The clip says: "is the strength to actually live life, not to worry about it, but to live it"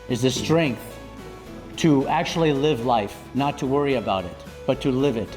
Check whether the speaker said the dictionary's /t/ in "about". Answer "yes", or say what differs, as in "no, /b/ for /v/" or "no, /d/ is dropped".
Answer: yes